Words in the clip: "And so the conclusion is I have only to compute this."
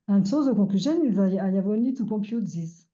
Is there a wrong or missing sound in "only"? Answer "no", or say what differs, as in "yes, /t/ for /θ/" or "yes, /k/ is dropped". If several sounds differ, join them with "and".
yes, /l/ is dropped